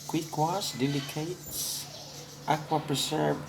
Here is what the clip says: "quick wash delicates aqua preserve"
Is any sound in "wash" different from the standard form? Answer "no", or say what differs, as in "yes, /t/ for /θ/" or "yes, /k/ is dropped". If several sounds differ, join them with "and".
yes, /s/ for /ʃ/